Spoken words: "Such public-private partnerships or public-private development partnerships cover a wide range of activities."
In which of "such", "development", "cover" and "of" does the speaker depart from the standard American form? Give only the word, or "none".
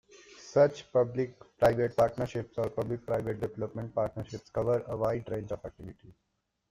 of